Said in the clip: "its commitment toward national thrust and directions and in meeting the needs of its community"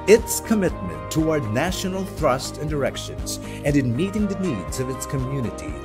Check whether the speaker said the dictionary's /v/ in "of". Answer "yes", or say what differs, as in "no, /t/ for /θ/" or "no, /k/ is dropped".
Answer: yes